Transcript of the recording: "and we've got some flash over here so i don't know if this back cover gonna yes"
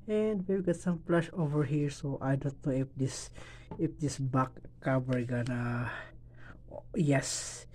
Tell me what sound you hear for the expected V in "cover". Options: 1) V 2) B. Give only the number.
2